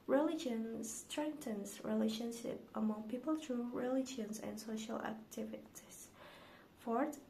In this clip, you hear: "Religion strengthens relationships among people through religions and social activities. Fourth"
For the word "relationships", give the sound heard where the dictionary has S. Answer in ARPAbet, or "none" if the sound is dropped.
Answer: none